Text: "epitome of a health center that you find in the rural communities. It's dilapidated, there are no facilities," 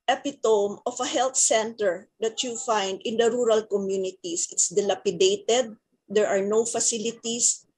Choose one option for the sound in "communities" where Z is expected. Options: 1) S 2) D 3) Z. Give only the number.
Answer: 1